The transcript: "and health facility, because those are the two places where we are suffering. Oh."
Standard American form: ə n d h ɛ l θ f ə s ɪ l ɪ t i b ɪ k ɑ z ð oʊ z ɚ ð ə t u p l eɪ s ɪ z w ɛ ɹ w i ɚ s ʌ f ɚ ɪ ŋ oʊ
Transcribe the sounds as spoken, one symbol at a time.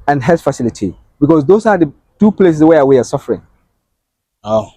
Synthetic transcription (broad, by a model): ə n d h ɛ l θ f ə s ɪ l ɪ t i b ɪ k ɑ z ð oʊ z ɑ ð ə t u p l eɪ s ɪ s w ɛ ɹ w i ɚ s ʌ f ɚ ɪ ŋ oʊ